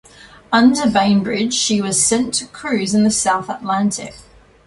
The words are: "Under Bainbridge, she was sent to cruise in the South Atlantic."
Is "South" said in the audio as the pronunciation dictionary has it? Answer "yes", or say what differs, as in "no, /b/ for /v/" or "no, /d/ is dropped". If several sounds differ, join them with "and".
yes